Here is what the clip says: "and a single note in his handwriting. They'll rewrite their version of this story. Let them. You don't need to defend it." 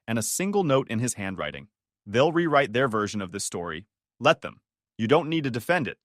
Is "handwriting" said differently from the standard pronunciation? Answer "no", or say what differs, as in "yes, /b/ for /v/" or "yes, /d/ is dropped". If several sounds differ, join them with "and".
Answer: no